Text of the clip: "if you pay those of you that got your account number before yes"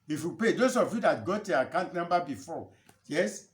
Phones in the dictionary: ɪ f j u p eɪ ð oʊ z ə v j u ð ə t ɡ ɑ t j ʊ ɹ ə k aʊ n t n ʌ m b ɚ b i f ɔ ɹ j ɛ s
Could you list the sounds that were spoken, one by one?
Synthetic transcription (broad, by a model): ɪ f j u p eɪ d oʊ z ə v j u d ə t ɡ ɑ t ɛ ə k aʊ n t n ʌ m b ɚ b i f ɔ j ɛ s